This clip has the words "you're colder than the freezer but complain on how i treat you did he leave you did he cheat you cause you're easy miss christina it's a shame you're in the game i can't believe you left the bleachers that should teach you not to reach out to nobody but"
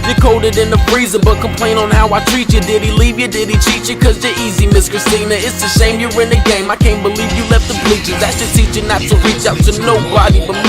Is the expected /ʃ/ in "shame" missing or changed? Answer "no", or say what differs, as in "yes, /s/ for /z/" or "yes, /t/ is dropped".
yes, /s/ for /ʃ/